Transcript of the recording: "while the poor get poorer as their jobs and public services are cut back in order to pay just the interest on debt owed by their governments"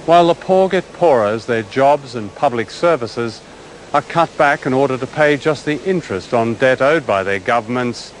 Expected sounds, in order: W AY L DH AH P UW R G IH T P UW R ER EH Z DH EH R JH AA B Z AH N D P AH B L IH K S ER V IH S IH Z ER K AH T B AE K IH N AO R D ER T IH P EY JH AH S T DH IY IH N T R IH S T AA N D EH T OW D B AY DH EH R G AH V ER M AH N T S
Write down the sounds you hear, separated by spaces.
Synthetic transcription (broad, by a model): W AY L DH AH P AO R G IH T P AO R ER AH Z DH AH R JH AA B Z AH N P AH B L IH K S ER V IH S IH Z ER K AH T B AE K IH N AO R D ER T IH P EY JH AH S T DH IY IH N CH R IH S T N D EH T OW D B AY DH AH R G AH V ER M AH N T S